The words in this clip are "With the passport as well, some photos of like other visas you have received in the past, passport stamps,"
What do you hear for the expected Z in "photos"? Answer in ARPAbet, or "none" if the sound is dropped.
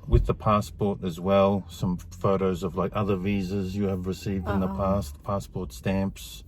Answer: Z